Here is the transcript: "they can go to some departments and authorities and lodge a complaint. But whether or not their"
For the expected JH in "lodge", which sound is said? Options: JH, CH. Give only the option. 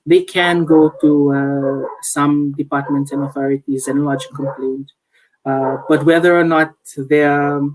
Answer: JH